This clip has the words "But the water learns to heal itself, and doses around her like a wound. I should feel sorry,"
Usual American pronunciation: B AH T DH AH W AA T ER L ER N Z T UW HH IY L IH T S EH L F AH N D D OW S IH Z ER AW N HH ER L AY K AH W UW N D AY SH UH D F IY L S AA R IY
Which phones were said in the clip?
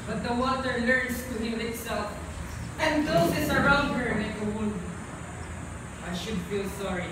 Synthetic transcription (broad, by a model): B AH T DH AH W AA T ER L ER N S T UW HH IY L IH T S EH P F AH N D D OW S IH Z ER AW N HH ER N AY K AH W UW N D AY SH UH D F IY L S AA R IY